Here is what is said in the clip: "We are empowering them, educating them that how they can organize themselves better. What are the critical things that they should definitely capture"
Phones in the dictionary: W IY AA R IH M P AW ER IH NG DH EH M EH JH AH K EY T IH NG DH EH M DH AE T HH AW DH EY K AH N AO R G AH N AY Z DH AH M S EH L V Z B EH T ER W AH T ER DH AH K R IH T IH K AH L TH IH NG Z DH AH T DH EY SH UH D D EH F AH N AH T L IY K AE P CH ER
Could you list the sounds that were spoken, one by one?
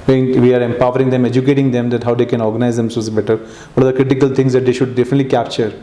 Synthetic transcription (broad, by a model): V IY AA R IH M P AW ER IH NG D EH M EH JH AH K EY T IH NG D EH M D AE T HH AW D EY K AH N AO R G AH N AY Z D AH M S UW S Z B EH T ER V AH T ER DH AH K R IH T IH K AH L T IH NG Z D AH T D EY SH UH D D EH F AH N AH T L IY K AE P CH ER